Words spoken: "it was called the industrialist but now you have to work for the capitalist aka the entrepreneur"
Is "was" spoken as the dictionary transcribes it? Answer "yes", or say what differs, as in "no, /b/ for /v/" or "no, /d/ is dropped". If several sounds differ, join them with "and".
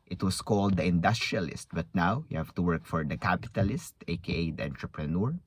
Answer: no, /s/ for /z/